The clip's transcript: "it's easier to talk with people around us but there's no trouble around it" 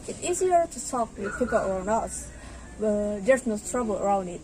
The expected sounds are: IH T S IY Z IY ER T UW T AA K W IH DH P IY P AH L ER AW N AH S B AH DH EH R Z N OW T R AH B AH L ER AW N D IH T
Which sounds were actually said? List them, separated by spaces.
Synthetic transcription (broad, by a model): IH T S IY Z IY ER T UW S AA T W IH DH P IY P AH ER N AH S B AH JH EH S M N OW T R AH B AH L ER AW N D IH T